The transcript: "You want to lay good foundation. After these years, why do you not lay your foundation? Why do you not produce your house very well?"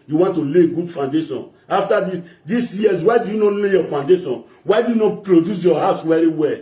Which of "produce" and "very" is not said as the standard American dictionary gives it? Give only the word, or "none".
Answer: very